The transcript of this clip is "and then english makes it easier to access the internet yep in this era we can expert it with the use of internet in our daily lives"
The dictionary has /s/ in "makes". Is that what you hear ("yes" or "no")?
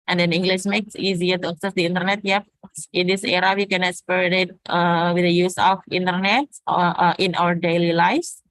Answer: yes